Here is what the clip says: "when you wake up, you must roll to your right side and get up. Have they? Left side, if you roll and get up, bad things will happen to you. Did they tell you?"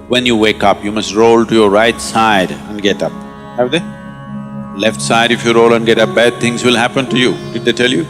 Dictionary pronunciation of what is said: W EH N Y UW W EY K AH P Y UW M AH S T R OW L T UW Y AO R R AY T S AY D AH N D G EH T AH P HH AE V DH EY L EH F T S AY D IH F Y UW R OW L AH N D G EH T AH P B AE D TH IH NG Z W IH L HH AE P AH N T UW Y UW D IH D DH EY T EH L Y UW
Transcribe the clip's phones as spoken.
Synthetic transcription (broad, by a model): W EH N Y UW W EY K AH P Y UW M AH S T R OW L T UW Y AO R R AY T S AY D AH N D G EH T AH P HH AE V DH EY L EH F T S AY D IH F Y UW R OW L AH N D G EH T AH P B AE D T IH NG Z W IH L HH AE P AH N T UW Y UW D IH D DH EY T EH L Y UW